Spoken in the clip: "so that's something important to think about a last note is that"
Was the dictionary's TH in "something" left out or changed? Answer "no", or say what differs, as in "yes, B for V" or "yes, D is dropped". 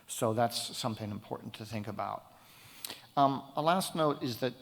no